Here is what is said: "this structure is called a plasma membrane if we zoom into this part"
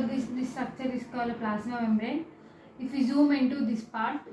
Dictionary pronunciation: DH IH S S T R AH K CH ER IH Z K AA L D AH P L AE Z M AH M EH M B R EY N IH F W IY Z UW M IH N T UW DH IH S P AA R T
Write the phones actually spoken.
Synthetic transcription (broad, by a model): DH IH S S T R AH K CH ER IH S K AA L AH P L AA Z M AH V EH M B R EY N IH F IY Z UW M IH N T UW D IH S P AA R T